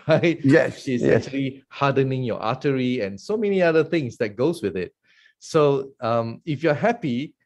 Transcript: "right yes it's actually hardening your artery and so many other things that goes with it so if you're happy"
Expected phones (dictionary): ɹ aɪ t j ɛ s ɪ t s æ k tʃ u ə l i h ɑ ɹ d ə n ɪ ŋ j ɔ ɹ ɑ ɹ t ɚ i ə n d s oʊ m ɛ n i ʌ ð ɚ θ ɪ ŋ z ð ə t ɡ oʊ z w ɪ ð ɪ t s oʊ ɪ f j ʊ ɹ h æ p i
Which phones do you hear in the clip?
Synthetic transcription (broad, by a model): ɹ aɪ t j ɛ ʃ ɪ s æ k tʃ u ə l i h ɑ d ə n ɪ ŋ j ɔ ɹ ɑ t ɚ i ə n s oʊ m ɛ n i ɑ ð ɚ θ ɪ ŋ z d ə t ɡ oʊ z w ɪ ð ɪ t s oʊ ɪ f j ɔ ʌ h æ p i